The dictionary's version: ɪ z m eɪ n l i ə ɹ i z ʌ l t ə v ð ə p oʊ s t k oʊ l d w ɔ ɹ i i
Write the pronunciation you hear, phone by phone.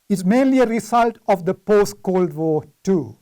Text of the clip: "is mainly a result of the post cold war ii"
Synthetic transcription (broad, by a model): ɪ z m eɪ n l i ə ɹ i s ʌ l t ə v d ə p oʊ s t k oʊ l d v ɔ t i